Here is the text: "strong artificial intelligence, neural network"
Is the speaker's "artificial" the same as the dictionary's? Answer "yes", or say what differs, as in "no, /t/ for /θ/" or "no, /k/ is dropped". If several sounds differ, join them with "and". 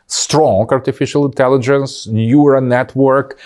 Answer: yes